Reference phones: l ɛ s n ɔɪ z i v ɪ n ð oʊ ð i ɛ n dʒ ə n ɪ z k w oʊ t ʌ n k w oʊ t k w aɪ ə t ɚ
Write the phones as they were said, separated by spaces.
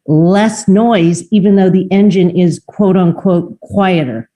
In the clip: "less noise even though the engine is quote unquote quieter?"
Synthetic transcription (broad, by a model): l ɛ s n ɔɪ z i v ɪ n ð oʊ ð i ɛ n dʒ ə n ɪ z k w oʊ t ʌ n k w oʊ t k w aɪ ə t ɚ